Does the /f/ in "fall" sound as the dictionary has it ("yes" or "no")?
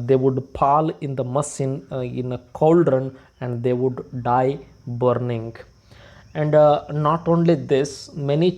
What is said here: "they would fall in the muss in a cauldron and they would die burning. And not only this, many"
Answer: no